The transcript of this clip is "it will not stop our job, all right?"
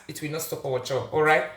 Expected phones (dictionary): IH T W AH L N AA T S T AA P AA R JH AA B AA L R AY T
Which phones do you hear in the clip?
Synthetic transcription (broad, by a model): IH T W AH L N AA T S T AA P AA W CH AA AA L R AY T